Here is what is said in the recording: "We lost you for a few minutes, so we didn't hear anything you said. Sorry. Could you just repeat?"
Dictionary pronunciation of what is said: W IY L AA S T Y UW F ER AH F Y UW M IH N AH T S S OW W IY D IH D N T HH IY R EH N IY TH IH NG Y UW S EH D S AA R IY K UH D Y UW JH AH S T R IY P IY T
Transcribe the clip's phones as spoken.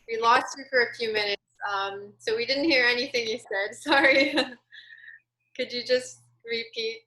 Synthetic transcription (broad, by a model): W IY L AA S T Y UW F ER AH F Y UW M IH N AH T S S OW W IY D IH D N T HH IY R EH N IY TH IH NG Y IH S EH D S AA R IY K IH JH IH JH AH S T R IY P IY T